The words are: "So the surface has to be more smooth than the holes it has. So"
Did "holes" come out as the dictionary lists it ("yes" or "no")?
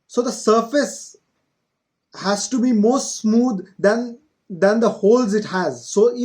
yes